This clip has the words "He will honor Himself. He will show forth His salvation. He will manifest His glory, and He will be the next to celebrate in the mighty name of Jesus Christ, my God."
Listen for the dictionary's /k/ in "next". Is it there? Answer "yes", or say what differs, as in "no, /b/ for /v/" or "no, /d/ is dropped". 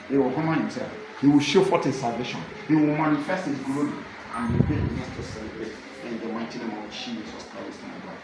no, /k/ is dropped